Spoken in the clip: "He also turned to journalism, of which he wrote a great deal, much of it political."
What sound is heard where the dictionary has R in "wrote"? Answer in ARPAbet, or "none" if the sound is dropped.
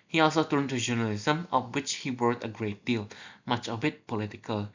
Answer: W